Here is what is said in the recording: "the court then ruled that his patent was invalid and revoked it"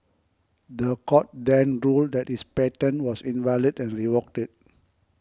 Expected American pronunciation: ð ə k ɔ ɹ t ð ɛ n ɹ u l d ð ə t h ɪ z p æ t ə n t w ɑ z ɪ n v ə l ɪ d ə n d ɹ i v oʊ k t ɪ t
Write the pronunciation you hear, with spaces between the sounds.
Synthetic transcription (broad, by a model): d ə k ɔ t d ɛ n ɹ u l d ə t h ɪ s p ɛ t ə n w ɑ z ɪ n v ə l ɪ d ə n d ɹ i w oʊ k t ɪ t